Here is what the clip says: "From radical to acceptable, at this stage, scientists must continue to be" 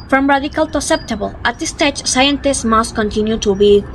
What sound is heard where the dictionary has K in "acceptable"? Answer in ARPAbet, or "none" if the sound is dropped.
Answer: none